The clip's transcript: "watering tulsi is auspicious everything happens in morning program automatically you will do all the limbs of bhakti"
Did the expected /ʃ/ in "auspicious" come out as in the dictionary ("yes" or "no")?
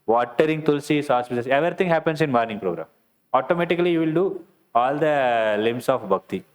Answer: no